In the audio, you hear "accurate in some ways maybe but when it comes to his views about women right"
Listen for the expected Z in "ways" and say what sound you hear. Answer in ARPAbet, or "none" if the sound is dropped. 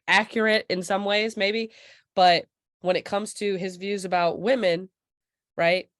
Z